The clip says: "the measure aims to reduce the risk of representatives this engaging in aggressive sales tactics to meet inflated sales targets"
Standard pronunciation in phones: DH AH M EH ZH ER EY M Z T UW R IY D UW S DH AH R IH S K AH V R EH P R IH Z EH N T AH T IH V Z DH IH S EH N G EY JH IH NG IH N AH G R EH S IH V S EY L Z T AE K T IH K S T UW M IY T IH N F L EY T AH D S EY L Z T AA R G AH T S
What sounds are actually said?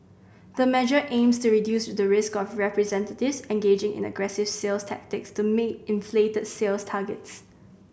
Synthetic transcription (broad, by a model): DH AH M EH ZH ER EY M S T UW R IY D UW S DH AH R IH S K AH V R EH P R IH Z EH N T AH T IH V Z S EH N G EY JH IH NG IH N AH G R EH S IH V S EY L S T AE K T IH K S T UW M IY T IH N F L EY T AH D S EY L S T AA G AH T S